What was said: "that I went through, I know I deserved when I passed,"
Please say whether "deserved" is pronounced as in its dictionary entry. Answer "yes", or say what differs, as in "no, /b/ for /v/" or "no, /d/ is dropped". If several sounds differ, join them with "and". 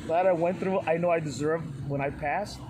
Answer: yes